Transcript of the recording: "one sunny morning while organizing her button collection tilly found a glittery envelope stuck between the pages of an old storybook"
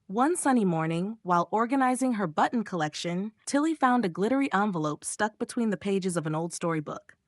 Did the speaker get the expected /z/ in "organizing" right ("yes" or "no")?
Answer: yes